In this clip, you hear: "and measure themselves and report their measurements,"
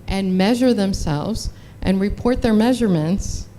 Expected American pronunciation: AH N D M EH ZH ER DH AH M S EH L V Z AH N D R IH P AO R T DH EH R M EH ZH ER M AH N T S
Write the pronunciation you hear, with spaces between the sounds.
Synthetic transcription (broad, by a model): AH N M EH ZH ER DH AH M S EH L V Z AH N R IH P AO R T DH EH R M EH ZH ER M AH N T S